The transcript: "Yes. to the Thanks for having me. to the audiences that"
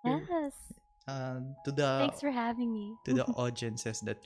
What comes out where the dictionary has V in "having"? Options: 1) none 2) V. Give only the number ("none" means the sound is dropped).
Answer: 2